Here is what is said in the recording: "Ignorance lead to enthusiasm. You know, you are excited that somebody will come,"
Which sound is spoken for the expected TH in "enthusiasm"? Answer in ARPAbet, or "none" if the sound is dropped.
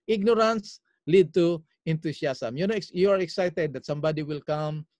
T